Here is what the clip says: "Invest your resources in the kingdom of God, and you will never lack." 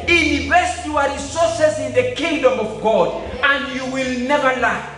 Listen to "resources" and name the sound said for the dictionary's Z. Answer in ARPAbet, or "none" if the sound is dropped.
S